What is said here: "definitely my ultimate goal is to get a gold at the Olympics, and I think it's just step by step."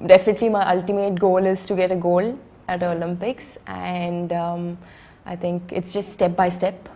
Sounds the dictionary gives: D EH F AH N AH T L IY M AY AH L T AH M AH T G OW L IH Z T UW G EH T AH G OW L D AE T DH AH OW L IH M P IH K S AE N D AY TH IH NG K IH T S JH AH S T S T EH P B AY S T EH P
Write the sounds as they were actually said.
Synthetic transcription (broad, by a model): D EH F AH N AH T L IY M AY AH L T AH M AH T G OW L IH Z T UW G EH T AH G OW L AE T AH OW L IH M P IH K S AE N D AY T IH NG K IH T S JH AH S T S T EH P B AY S T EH P